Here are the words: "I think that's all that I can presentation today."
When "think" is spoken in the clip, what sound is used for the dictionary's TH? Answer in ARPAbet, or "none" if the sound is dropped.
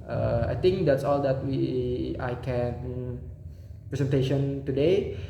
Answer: T